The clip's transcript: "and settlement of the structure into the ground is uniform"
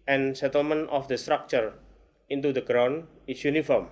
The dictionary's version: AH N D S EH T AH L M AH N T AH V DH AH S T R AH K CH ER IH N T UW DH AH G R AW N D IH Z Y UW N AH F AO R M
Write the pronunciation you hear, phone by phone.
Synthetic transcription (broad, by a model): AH N S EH T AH L M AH N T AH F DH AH S T R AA K CH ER IH N T UW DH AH G R AW N IH S Y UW N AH F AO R M